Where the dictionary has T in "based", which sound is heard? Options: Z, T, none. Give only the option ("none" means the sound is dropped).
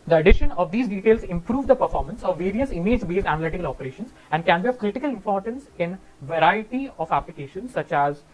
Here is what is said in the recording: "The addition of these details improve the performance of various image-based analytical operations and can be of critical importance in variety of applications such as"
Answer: none